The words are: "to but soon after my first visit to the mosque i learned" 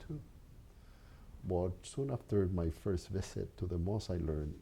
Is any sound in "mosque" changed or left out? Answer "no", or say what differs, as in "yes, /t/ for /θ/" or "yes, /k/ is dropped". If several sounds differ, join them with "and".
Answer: yes, /k/ is dropped